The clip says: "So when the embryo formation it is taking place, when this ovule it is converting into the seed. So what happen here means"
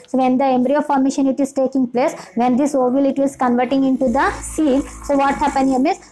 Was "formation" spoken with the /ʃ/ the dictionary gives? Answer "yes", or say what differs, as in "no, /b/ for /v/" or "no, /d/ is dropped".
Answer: yes